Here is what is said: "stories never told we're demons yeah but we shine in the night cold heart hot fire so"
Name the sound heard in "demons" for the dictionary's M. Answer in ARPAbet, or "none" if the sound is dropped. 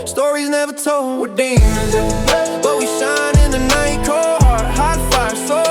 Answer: none